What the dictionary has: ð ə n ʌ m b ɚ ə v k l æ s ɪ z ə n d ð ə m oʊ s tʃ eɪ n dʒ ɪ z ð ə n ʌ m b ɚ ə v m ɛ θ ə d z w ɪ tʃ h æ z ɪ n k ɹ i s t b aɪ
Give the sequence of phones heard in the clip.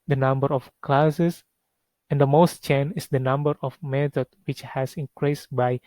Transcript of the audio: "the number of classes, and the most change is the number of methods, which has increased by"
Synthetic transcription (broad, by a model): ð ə n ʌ m b ɚ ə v k l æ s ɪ s ə n d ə m oʊ s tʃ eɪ n ɪ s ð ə n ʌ m b ɚ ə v m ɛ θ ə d w ɪ tʃ h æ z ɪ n k ɹ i s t b aɪ